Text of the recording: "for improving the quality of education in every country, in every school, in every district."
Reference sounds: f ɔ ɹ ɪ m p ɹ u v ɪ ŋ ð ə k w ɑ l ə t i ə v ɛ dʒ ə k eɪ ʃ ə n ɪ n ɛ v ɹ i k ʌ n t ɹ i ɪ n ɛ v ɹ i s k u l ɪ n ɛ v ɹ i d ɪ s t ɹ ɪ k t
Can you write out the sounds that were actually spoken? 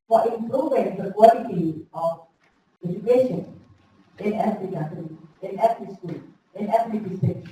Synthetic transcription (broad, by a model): f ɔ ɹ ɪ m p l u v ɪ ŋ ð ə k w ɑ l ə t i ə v ɛ dʒ ə k eɪ ʃ ə n ɪ n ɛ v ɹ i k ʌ t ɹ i ɪ n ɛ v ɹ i s k u l ɪ n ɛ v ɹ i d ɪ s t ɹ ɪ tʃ